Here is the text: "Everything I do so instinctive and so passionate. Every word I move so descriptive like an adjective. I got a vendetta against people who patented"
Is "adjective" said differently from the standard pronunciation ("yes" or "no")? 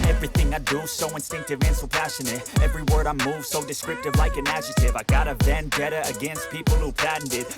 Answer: yes